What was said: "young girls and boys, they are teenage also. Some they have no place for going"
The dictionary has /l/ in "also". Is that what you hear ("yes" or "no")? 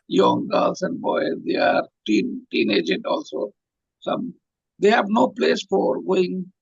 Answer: yes